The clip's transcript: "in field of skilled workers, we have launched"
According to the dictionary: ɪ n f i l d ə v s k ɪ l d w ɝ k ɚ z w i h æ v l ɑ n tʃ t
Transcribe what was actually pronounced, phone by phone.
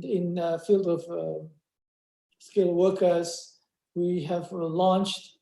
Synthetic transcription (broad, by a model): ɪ n f i l d ə v s k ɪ l w ɝ k ɚ z w i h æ v l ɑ n tʃ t